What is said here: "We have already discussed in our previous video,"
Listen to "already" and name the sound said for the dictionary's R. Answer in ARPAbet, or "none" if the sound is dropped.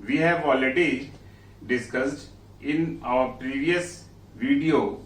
L